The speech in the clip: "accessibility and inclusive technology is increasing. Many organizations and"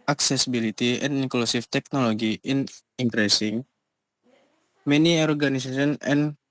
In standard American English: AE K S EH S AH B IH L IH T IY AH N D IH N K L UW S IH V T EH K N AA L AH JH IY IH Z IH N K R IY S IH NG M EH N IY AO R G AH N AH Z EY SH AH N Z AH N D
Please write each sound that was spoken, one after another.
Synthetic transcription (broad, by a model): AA K S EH S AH B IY L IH T IY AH N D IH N K L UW S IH F T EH K N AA L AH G IY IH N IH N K R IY S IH NG M EH N IY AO R G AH N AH S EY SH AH N AH N